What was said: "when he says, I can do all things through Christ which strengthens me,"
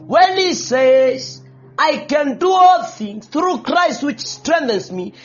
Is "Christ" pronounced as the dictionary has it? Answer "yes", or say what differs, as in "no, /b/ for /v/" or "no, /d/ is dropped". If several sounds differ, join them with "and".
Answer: yes